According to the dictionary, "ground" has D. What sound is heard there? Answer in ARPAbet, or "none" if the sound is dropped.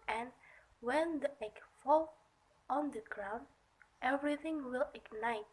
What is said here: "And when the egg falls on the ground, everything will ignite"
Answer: D